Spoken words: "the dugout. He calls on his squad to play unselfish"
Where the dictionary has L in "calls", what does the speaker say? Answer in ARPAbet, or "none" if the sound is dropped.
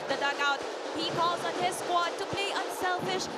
L